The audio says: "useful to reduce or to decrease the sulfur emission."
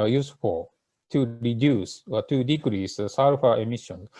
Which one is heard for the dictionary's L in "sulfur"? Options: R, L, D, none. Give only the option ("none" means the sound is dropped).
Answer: none